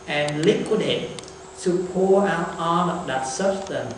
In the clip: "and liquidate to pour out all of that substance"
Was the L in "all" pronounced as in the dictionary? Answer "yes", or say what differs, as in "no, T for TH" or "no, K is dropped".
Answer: no, N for L